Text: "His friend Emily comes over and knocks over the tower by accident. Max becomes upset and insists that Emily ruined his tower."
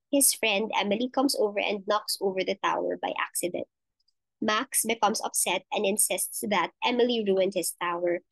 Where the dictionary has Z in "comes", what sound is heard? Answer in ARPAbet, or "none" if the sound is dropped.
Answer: S